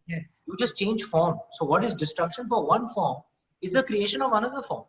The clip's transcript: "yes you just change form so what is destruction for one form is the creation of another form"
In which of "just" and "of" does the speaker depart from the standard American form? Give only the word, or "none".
none